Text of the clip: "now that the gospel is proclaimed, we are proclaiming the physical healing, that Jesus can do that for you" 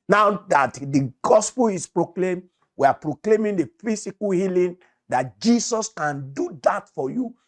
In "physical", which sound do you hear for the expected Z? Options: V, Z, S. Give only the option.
S